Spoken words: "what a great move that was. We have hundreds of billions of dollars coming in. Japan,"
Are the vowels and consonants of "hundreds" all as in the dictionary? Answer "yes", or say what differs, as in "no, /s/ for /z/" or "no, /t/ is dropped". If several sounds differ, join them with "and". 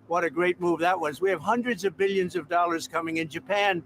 yes